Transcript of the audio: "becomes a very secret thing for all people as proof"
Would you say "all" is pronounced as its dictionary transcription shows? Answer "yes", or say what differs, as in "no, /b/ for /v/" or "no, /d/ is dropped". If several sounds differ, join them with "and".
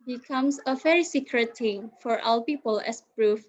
no, /w/ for /l/